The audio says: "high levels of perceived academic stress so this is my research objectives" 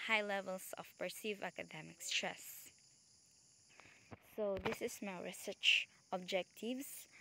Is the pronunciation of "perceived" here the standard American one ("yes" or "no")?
no